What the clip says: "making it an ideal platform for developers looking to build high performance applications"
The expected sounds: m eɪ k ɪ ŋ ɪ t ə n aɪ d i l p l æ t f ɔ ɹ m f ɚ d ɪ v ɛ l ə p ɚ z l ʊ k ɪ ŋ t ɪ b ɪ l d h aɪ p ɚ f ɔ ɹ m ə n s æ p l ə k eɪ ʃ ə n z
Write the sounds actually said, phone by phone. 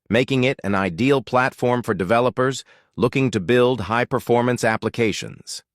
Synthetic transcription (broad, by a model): m eɪ k ɪ ŋ ɪ t ə n aɪ d i l p l æ t f ɔ ɹ m f ɚ d ɪ v ɛ l ə p ɚ z l ʊ k ɪ ŋ t ɪ b ɪ l d h aɪ p ɚ f ɔ ɹ m ə n s æ p l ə k eɪ ʃ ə n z